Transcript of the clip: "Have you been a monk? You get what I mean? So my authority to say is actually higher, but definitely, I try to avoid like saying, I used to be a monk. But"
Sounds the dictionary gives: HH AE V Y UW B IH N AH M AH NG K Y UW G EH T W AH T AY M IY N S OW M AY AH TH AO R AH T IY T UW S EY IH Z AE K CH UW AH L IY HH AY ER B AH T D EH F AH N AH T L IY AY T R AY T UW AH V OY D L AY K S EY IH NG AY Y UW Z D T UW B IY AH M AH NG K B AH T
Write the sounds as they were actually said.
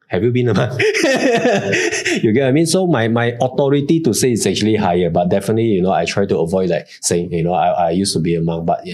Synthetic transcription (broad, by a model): HH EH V Y UW B IH N AH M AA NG Y UW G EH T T AY M IY N S OW M AY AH T AO R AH T IY T UW S EY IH S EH K CH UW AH L IY HH AY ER B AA T D EH F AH N AH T L IY AY T R AY T UW AH V OY D L AY K S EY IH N AY Y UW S T UW B IY AH M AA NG B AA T